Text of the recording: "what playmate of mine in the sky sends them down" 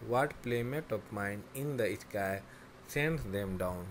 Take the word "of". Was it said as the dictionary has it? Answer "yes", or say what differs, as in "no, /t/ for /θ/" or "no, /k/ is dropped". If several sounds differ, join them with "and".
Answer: no, /p/ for /v/